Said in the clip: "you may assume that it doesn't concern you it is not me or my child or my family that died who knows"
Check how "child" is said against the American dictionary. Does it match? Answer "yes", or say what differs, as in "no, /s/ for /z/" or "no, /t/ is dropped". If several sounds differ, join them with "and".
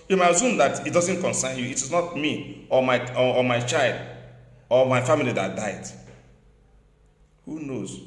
yes